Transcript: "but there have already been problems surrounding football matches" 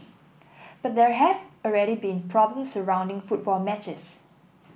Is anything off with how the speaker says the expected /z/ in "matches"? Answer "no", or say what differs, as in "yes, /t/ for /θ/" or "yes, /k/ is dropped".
yes, /s/ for /z/